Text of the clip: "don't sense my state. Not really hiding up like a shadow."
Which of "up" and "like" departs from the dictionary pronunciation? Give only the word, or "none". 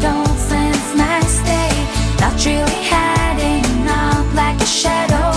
up